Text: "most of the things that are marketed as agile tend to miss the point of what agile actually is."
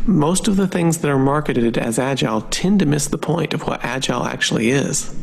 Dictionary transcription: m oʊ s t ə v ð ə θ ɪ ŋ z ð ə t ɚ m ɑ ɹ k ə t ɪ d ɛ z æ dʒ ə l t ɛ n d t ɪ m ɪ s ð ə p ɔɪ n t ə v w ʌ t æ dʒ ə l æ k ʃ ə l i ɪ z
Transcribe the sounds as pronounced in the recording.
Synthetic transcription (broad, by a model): m oʊ s t ə v ð ə θ ɪ ŋ z ð ə t ɚ m ɑ ɹ k ə t ɪ d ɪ z æ dʒ ə l t ɛ n t ɪ m ɪ s ð ə p ɔɪ n t ə v w ʌ t æ dʒ ə l æ k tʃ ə l i ɪ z